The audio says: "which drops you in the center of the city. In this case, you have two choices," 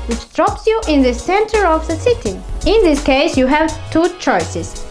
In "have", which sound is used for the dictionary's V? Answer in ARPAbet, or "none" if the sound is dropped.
V